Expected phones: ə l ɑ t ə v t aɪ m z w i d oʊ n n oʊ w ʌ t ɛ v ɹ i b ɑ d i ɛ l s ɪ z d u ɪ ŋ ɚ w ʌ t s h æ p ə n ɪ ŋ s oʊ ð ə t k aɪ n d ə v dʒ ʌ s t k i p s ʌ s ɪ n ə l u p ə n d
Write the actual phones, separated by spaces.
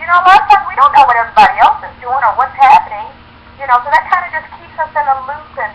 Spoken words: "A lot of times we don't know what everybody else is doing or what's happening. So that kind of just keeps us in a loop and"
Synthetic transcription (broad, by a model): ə l ɑ t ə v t aɪ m w i d oʊ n n oʊ w ʌ t ɛ v ɹ i b ɑ d i ɛ l s ɪ z d u ɪ ŋ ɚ w ʌ t s h æ p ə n ɪ ŋ s oʊ ð ə t k aɪ n d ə dʒ ʌ s k i p s ʌ s ɪ n ə l u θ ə n